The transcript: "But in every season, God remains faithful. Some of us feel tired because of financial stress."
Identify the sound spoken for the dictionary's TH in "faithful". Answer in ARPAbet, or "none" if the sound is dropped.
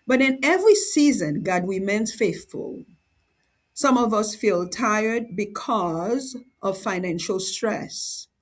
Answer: TH